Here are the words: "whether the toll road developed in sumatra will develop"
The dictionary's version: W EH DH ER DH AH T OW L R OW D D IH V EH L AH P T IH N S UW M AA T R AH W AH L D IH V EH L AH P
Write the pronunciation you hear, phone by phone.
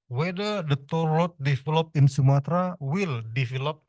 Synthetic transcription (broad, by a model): W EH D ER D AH T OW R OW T D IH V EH L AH P IH N S UW M AA T R AH W AH L D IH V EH L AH P